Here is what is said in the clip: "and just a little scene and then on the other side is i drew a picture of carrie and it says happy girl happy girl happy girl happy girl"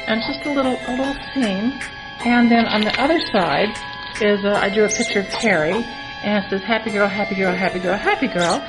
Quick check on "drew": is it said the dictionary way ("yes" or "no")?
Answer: no